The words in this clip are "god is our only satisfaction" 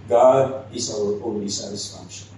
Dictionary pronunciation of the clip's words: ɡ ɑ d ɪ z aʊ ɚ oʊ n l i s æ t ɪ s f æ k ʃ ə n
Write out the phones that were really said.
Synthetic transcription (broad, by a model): ɡ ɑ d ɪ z aʊ ɚ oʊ l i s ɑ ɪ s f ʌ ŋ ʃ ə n